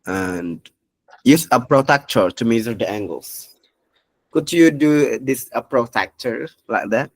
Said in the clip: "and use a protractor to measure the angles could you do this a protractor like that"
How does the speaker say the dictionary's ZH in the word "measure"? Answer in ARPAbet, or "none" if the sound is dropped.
Z